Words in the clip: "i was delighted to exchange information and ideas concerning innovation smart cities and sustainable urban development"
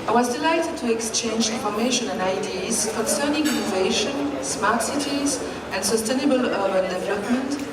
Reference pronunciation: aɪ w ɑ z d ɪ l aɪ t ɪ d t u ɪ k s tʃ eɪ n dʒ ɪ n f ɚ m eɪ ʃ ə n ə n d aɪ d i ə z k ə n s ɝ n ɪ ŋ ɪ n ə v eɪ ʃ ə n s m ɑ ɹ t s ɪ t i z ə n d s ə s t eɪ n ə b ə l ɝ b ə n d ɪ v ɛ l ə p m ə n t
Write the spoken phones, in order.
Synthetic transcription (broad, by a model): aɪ w ɑ z d ɪ l aɪ t ɪ d t u ɪ k s tʃ eɪ n dʒ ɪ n f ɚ m eɪ ʃ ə n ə n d aɪ d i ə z k ə n s ɝ n ɪ ŋ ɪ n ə v eɪ ʃ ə n s m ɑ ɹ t s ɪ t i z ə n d s ə s t eɪ n ə b ə l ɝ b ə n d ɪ v ɛ l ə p m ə n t